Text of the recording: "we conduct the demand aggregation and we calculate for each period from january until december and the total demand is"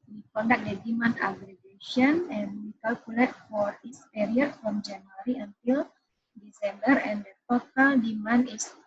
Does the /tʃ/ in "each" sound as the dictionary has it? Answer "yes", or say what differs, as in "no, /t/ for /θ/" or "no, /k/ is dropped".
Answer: no, /s/ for /tʃ/